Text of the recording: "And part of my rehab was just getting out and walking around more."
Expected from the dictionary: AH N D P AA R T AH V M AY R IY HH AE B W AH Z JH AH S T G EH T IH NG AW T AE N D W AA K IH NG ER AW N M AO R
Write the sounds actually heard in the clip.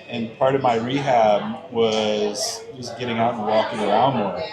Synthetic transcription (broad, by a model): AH N P AA R T AH V M AY R IY HH AE B W AH Z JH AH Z G EH T IH NG AW T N W AA K IH NG ER AW N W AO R